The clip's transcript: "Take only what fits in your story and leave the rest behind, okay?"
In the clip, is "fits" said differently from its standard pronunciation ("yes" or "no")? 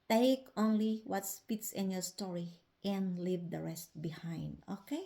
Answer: yes